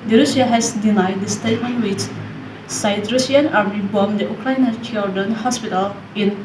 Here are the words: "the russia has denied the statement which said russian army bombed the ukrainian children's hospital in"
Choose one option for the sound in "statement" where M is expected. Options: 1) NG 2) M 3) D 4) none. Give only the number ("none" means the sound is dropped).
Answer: 4